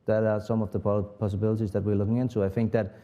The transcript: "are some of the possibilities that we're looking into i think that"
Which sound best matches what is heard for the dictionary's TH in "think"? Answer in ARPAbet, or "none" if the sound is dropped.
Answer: TH